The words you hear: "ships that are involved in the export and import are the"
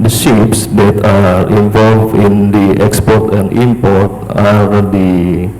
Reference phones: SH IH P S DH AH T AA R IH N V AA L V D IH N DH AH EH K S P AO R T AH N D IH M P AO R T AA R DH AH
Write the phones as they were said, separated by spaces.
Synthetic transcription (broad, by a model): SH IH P S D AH T AA R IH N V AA L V IH N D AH EH K S P AO R T AH N D IH M P AO R T AA R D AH